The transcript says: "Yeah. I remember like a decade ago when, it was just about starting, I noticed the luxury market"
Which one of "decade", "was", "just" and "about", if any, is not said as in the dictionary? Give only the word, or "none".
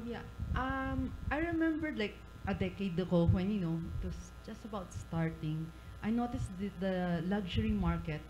was